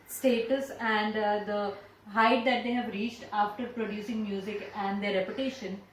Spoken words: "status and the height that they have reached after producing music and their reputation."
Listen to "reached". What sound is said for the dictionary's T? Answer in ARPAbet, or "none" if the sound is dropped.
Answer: T